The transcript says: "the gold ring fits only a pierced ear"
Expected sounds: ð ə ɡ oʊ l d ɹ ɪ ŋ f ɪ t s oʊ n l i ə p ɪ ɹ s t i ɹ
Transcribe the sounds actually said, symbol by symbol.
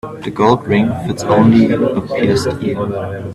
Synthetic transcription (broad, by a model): ð ə ɡ oʊ l d ɹ ɪ ŋ f ɪ t s oʊ n l i ə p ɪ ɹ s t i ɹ